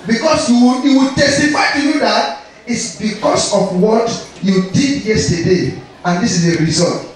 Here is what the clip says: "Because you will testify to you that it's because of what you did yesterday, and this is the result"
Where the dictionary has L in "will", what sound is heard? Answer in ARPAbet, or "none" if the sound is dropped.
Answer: W